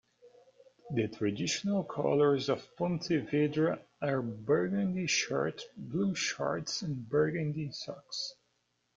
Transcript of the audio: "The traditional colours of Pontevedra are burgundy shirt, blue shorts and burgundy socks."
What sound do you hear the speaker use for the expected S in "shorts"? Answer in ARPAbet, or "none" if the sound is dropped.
S